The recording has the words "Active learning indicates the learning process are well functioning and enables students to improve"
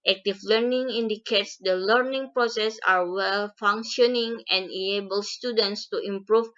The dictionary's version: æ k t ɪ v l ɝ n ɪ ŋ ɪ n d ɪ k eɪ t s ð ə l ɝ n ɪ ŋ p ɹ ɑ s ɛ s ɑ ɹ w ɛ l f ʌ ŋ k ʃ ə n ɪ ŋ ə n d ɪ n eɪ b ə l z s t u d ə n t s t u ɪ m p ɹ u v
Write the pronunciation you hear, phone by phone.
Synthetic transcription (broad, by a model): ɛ k t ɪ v l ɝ n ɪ ŋ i n d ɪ k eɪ t s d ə l ɝ n ɪ ŋ p ɹ ɑ s ɛ s ɑ ɹ w ɛ l f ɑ ŋ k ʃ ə n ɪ ŋ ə n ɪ eɪ b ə l s t u d ə n t s t u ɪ m p ɹ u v